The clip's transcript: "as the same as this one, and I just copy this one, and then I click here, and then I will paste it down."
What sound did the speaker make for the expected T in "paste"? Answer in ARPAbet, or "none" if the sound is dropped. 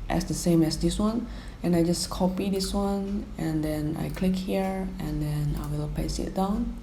none